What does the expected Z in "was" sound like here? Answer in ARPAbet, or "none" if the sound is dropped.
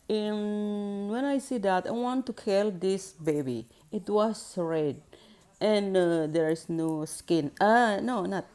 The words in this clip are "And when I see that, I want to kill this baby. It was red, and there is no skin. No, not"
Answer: S